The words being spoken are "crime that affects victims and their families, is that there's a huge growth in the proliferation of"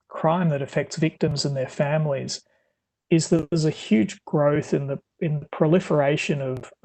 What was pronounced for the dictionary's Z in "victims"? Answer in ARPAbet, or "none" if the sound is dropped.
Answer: Z